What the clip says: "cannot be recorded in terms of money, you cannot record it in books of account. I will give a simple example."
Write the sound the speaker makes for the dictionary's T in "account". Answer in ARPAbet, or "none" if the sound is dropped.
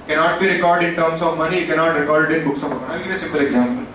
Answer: none